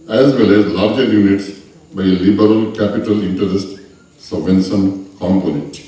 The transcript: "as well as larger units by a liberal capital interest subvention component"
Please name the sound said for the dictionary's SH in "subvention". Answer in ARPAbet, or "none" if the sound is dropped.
S